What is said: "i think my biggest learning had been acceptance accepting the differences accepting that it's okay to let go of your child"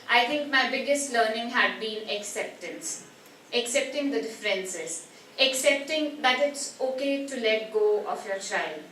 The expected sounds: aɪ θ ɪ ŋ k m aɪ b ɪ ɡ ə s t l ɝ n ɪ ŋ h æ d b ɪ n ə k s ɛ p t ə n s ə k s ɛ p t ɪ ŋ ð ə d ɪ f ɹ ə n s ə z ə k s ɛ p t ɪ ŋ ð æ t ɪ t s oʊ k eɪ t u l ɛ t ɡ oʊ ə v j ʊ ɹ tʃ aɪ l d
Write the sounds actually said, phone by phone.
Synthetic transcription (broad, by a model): aɪ t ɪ ŋ k m aɪ b ɪ ɡ ə s t l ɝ n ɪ ŋ h æ d b ɪ n ə k s ɛ p t ə n s ə k s ɛ p t ɪ ŋ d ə d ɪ f ɹ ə n s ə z ə k s ɛ p t ɪ ŋ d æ t ɪ t s oʊ k eɪ t u l ɛ t ɡ oʊ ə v j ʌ ɹ tʃ aɪ l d